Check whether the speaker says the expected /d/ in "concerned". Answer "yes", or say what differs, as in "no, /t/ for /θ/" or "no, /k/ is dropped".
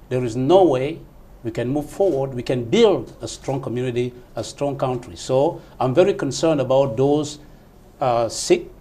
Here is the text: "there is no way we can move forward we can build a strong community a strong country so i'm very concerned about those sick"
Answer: yes